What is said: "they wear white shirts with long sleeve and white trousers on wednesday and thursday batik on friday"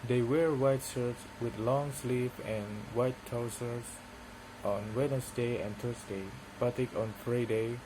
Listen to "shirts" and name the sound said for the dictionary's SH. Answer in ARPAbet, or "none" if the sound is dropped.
S